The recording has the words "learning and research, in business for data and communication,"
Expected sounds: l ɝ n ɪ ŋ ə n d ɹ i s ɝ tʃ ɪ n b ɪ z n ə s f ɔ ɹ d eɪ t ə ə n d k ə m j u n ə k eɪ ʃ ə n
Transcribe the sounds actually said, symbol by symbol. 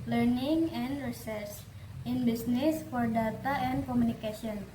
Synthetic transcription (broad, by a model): l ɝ n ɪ ŋ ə n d ɹ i s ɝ s ɪ n b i s n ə s f ɔ ɹ d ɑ t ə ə n k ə m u n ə k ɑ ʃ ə n